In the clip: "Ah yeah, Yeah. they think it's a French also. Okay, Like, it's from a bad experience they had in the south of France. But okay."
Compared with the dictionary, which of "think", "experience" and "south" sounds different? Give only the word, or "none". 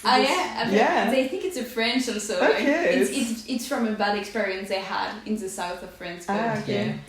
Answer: none